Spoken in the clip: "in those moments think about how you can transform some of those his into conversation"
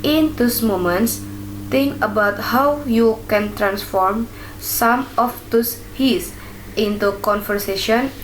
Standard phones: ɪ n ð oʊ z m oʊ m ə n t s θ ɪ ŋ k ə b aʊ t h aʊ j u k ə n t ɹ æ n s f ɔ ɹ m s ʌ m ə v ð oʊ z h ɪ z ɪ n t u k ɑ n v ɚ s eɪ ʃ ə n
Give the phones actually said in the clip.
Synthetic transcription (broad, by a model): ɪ n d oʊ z m oʊ m ə n t s t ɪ ŋ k ə b aʊ t h aʊ j u k ə n t ɹ æ n s f ɔ ɹ m s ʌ m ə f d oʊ s h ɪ s ɪ n t u k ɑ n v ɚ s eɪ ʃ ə n